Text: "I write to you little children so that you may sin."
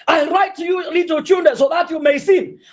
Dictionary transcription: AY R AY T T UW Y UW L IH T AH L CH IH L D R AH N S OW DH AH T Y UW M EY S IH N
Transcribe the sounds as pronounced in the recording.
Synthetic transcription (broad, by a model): AY R AY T T UW Y UW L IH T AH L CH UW N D AH S OW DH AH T Y UW M EY S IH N